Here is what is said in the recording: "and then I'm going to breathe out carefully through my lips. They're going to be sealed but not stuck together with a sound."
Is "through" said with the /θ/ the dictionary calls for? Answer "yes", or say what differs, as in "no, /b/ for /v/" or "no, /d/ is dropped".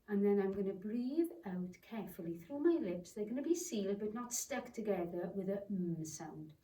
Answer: yes